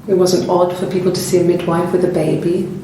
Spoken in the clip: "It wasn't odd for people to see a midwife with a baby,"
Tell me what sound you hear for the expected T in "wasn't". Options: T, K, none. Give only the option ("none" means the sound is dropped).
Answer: T